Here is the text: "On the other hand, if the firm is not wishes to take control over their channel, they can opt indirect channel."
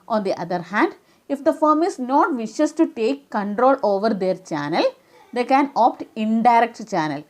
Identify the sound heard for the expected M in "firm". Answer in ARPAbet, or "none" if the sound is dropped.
M